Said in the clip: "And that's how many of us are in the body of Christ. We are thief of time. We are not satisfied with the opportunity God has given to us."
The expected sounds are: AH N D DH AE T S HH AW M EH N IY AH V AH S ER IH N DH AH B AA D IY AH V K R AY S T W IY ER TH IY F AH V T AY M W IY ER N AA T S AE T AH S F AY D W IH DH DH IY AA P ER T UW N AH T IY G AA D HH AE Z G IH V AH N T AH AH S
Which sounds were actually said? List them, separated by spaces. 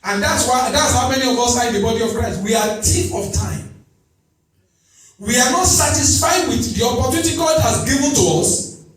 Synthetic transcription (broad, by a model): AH N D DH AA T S HH AW M EH N IY AH V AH S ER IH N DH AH B AA D IY AH V K R AY S T W IY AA T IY P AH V T AY M W IY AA N AA T S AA T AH S F AY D W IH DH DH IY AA P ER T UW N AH T IY G AA D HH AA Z G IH V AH N T AH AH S